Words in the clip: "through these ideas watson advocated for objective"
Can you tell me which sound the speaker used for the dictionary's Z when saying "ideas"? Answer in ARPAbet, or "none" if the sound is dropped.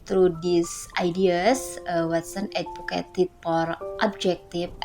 S